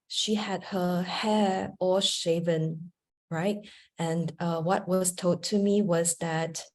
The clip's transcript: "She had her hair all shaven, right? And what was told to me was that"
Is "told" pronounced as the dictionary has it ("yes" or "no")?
no